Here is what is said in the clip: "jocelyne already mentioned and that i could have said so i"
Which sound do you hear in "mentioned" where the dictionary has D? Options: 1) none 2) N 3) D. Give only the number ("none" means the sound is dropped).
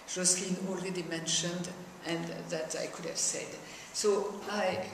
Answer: 3